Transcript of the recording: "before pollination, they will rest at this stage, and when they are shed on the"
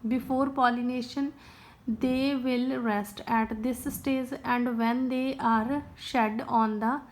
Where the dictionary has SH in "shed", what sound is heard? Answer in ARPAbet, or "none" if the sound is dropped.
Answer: SH